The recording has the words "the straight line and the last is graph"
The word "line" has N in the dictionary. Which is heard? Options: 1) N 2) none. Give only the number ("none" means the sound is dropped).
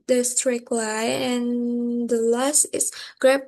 2